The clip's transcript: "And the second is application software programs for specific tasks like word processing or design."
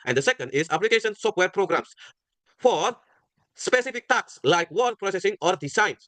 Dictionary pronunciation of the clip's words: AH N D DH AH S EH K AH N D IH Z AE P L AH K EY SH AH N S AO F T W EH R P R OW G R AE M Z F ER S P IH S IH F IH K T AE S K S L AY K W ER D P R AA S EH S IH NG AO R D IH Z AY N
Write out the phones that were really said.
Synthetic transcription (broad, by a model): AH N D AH S EH K AH N D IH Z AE P L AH K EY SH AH N S AO F T W EH R P R OW G R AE M S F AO S P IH S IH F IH K T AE K S L AY K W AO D P R AA S EH S IH NG AO R D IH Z AY N